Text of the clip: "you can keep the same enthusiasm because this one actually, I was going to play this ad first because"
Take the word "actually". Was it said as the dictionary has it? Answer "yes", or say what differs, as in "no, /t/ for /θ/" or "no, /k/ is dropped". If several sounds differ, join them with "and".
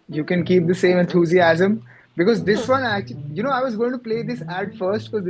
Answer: no, /n/ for /l/